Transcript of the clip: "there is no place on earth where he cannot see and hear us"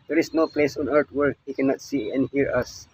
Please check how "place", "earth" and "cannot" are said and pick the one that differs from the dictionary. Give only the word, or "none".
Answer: earth